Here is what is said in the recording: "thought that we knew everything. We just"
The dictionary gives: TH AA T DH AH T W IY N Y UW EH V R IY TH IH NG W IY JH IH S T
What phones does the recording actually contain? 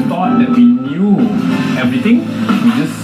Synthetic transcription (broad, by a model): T AA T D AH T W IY N Y UW EH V R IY T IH NG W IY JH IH S